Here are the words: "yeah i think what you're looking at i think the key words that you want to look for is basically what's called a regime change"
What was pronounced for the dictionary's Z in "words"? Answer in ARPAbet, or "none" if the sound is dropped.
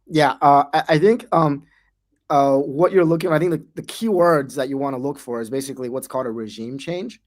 Z